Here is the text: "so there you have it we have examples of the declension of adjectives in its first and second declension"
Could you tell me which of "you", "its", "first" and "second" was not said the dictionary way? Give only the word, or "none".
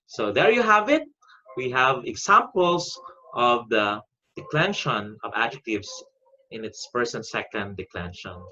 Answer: first